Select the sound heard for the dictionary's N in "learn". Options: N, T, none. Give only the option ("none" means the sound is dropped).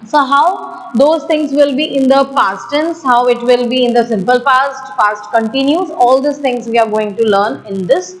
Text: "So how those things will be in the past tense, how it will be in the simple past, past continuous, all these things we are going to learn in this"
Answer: N